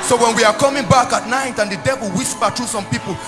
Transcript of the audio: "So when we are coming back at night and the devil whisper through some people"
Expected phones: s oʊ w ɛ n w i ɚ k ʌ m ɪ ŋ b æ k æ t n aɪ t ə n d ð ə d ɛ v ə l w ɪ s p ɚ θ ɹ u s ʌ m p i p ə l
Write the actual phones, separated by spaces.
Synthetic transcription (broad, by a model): s oʊ w ɛ n w i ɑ k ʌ m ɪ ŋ b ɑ k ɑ t n aɪ t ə n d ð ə d ɛ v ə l w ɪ s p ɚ t ɹ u s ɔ m p i p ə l